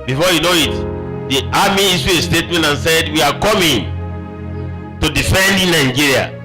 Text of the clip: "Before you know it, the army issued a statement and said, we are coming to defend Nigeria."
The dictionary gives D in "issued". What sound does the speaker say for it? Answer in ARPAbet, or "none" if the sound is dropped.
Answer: none